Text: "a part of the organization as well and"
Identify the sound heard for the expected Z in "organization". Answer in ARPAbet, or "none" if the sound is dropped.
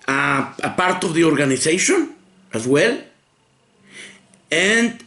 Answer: S